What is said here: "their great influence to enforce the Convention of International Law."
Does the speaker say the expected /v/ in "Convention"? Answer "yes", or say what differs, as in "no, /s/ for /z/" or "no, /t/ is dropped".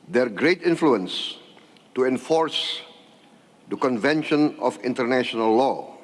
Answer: yes